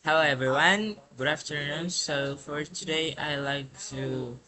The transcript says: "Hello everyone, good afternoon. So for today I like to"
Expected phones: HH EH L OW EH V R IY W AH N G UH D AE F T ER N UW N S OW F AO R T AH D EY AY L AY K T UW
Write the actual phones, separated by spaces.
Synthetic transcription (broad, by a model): HH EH L OW EH V R IY W AH N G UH D AE F T ER N UW N S OW F AO R T AH D EY AY L AY K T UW